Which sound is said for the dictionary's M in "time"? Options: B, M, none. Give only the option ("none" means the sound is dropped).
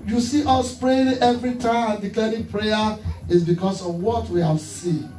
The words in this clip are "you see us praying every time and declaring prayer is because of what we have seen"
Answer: none